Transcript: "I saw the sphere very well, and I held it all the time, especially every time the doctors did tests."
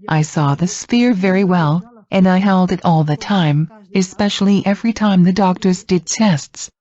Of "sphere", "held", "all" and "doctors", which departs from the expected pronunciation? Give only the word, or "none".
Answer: none